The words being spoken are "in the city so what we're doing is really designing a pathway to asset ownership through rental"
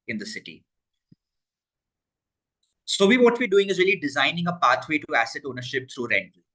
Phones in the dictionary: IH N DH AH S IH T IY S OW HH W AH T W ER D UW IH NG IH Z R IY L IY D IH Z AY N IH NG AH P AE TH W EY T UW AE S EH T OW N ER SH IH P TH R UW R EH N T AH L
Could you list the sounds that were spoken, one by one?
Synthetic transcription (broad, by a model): IH N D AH S IH T IY S OW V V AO T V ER D UW IH NG IH Z R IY L IY D IH Z AY N IH NG AH P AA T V EY T UW AE S EH T OW N ER SH IH P T R UW R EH N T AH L